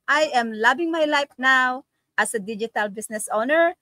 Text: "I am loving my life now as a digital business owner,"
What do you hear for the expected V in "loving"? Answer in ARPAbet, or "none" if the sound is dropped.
B